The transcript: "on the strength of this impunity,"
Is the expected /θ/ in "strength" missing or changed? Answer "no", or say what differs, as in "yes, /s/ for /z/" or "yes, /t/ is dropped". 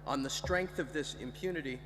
no